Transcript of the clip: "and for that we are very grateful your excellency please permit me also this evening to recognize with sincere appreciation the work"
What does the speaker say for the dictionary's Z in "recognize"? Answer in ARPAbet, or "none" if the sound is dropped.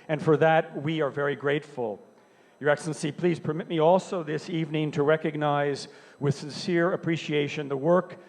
Z